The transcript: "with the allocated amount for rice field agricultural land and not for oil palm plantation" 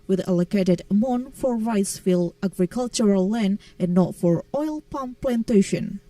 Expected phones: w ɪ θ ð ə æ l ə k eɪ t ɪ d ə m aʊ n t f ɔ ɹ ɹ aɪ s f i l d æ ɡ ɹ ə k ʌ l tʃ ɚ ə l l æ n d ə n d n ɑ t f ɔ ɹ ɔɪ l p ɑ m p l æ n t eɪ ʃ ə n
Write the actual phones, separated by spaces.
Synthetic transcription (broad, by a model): w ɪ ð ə l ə k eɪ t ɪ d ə m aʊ n f ɔ ɹ ɹ aɪ s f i l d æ ɡ ɹ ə k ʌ l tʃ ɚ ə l l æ n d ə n n ɑ t f ɔ ɹ ɔɪ l p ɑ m p l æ n t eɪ ʃ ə n